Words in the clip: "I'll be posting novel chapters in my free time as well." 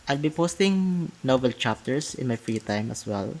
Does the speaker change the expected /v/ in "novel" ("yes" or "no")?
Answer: yes